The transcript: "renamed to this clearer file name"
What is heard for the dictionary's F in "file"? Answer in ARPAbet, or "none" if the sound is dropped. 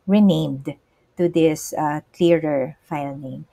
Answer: F